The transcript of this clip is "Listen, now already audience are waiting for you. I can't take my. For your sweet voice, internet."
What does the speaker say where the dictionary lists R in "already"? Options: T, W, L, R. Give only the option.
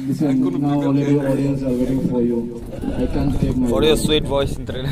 L